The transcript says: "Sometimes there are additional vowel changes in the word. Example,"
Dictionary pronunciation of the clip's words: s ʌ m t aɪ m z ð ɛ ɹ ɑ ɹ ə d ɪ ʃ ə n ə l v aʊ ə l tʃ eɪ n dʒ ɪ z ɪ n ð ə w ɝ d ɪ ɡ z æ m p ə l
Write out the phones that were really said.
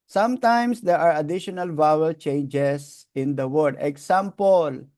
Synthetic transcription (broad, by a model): s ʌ m t aɪ m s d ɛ ɹ ɑ ɹ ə d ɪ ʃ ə n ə l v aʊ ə l tʃ eɪ n dʒ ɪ s ɪ n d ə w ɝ d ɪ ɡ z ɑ m p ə l